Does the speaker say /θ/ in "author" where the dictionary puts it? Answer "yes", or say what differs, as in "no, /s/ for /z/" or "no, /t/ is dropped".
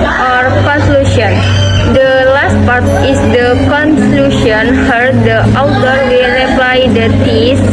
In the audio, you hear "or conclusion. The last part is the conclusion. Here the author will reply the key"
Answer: no, /t/ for /θ/